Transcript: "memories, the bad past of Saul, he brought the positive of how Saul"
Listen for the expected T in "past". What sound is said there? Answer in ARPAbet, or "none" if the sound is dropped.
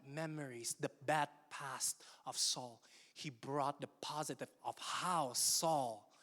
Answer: T